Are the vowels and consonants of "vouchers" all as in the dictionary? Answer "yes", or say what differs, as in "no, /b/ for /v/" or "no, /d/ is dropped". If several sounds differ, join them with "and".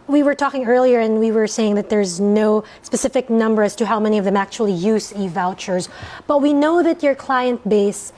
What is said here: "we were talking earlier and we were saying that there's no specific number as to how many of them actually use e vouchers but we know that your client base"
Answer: yes